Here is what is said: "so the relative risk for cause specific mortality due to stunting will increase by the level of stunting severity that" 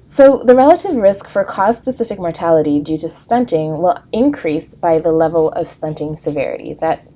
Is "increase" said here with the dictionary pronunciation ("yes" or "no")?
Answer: yes